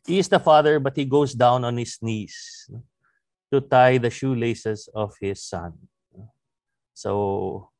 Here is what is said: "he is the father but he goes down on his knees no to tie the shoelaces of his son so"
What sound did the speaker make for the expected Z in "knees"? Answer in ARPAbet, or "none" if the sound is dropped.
S